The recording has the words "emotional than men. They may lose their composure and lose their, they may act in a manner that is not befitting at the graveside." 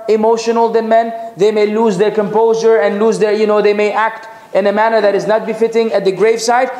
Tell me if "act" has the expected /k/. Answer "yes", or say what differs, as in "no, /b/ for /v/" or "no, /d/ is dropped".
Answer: yes